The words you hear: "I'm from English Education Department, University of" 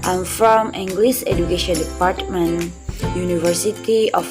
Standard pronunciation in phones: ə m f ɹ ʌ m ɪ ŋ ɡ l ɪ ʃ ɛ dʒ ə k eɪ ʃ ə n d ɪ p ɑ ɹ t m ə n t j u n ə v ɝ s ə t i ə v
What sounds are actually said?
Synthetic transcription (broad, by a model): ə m f ɹ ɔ m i ŋ ɡ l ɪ s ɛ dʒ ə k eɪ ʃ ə n d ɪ p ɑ ɹ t m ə n j u n ə v ɝ s ə t i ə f